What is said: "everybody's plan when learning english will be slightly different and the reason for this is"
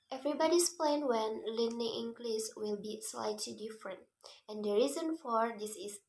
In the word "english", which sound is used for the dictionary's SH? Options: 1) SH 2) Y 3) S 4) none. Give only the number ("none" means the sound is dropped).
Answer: 3